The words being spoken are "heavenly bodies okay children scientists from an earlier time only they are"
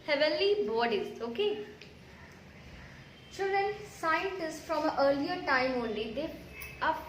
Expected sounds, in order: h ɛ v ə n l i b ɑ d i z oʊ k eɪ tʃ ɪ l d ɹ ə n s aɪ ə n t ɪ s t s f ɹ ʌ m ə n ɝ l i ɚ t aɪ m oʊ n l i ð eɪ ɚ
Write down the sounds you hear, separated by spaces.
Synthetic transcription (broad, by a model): h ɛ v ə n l i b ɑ d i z oʊ k eɪ tʃ ɪ l d ɹ ə n s aɪ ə n t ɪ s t f ɹ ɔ m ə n ɝ l i ɚ t aɪ m oʊ n l i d eɪ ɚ